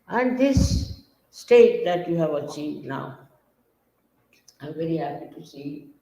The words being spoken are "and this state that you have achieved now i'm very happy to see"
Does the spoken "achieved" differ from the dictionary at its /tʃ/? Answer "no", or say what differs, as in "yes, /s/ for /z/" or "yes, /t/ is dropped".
yes, /s/ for /tʃ/